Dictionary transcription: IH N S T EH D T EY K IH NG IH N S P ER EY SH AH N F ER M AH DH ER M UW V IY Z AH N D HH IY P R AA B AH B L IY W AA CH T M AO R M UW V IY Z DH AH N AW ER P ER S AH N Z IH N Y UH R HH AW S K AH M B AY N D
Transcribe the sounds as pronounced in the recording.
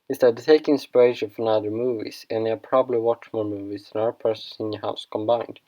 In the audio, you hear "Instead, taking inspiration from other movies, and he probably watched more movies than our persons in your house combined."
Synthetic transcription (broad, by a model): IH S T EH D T EY IH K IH N S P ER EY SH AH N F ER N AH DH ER M UW V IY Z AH N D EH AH P R AA B AH B L IY W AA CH M AO R M UW V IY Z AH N AW ER P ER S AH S IH N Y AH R HH AW S K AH M B AY N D